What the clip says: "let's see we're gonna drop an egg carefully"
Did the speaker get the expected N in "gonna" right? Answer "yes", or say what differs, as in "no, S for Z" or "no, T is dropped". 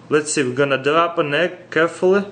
yes